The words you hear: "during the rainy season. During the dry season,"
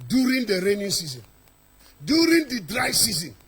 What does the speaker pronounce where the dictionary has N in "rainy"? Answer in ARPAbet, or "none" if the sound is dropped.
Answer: N